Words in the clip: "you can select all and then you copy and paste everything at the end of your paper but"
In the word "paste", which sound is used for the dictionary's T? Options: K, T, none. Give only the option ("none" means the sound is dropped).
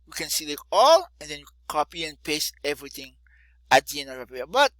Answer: none